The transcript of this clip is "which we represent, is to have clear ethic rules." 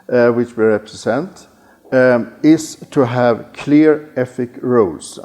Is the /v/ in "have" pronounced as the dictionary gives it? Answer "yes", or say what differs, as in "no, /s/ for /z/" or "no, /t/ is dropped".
yes